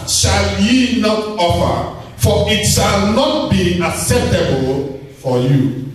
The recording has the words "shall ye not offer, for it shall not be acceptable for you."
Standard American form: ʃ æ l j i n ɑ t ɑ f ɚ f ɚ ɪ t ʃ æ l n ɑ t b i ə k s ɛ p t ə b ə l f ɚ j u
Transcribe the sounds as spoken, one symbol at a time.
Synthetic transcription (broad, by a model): ʃ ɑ l j i n ɑ t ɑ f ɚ f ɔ ɪ t ʃ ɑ l n ɑ t b i ə k s ɛ p t ə b ə l f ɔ j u